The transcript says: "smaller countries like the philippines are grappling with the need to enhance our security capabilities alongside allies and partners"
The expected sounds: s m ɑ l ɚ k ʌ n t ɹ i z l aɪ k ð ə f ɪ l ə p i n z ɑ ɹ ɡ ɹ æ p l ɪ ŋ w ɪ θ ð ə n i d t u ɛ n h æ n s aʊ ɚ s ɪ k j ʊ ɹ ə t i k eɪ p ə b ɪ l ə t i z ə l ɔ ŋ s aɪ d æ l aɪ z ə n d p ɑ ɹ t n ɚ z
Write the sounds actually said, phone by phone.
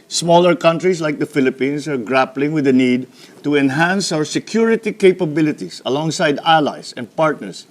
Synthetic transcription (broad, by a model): s m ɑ l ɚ k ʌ n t ɹ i s l aɪ k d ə f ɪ l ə p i n s ɑ ɹ ɡ ɹ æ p l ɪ ŋ w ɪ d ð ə n i d t u ɛ n h æ n s aʊ ɚ s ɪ k j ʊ ɹ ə t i k eɪ p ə b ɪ l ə t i s ə l ɔ ŋ s aɪ d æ l aɪ s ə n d p ɑ ɹ t n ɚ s